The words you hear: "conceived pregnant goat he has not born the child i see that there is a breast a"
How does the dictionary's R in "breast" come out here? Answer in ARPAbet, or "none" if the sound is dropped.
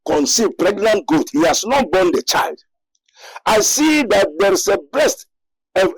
L